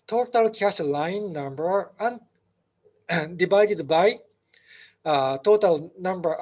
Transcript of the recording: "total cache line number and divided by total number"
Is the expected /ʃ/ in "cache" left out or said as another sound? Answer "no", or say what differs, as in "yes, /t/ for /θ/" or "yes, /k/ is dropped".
yes, /s/ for /ʃ/